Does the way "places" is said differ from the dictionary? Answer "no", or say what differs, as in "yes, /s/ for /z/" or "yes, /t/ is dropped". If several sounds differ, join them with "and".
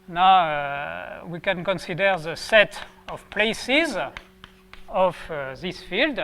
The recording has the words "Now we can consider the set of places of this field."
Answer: no